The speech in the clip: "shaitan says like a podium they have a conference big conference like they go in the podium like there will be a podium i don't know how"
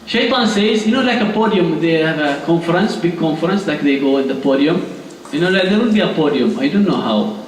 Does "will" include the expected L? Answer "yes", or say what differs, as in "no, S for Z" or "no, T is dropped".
no, N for L